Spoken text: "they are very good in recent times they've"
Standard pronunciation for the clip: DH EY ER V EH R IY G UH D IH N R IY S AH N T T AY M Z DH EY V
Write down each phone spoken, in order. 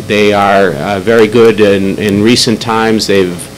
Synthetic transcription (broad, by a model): DH EY ER V EH R IY G UH D IH N R IY S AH N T T AY M Z DH EY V